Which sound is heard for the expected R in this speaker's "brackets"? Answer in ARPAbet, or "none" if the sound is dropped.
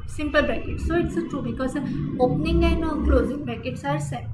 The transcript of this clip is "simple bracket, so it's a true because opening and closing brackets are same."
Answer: none